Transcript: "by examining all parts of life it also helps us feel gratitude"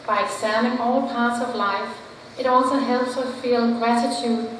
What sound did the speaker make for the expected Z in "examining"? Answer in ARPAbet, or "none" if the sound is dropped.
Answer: S